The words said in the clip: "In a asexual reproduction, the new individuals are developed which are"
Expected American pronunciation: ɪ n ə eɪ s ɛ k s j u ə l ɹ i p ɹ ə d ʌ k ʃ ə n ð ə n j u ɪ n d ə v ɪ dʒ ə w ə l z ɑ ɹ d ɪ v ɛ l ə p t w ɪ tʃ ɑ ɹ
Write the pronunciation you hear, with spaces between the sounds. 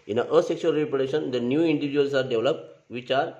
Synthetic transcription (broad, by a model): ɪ n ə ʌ s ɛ k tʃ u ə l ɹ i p ə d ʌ ʃ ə n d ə n j u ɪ n d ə v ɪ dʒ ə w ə l s ɑ ɹ d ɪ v l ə p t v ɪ tʃ ɑ ɹ